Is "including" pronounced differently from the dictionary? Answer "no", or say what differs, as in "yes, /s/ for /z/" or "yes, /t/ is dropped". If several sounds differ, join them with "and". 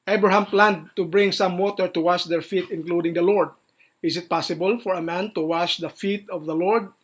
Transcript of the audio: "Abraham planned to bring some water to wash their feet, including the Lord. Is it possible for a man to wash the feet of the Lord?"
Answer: no